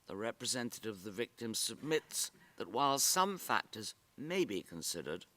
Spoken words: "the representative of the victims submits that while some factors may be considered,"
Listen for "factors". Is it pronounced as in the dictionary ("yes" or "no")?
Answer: yes